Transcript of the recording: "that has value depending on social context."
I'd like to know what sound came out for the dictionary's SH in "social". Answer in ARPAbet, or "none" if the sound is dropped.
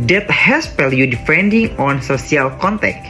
S